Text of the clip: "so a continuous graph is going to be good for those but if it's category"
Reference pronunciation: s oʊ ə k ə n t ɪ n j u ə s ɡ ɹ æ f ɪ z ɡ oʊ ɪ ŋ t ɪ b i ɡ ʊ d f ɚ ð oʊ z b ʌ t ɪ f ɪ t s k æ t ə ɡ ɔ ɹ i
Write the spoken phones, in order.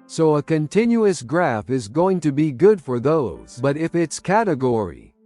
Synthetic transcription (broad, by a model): s oʊ ə k ə n t ɪ n j u ə s ɡ ɹ æ f ɪ z ɡ oʊ ɪ ŋ t ɪ b i ɡ ʊ d f ɚ ð oʊ z b ʌ t ɪ f ɪ t s k æ t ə ɡ ɔ ɹ i